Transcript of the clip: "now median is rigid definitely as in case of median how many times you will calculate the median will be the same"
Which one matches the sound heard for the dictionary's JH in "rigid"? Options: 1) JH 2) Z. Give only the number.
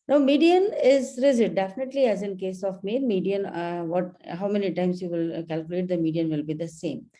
2